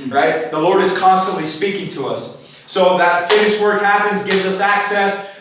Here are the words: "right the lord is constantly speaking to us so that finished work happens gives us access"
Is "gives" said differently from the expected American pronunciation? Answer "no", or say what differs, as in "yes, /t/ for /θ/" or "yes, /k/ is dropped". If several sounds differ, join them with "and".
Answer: no